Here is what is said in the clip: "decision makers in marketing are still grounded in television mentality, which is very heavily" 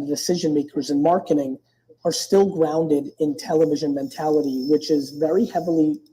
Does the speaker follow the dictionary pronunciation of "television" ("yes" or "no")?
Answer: yes